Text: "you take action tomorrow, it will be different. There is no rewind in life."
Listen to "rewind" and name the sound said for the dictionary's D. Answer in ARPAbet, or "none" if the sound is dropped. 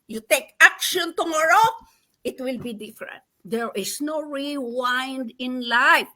D